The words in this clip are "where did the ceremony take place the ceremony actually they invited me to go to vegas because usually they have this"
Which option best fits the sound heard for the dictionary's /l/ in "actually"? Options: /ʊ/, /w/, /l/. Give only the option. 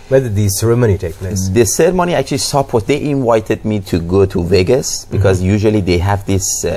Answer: /w/